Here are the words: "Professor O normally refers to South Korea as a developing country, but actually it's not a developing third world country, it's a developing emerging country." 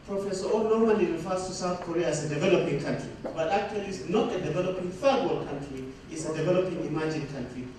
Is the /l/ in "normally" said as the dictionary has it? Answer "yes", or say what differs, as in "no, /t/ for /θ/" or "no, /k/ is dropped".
no, /n/ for /l/